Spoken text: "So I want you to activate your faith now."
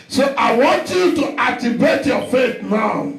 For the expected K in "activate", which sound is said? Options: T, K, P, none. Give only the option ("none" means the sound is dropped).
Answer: none